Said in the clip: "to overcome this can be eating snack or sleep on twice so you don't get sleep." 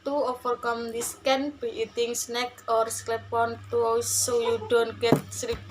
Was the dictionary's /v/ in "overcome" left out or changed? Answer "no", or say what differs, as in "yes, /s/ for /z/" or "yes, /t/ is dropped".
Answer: yes, /f/ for /v/